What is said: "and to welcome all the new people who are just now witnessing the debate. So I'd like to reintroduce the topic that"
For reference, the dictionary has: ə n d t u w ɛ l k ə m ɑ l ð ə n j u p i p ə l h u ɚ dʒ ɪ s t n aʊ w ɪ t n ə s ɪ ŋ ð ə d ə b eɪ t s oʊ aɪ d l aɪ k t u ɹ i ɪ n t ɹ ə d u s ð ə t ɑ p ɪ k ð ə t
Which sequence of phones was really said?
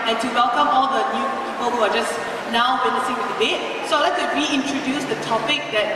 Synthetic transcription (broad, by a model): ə n t u w ɛ l k ə m ɑ l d ə n j u p i p ə l h u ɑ dʒ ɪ s n aʊ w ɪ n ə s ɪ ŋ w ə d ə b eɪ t s oʊ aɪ l aɪ k t u ɹ i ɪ n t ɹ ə d u s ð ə t ɑ p ɪ k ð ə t